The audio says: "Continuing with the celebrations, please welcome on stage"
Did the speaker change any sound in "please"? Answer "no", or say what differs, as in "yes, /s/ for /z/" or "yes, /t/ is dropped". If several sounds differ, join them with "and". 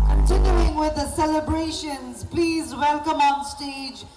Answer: no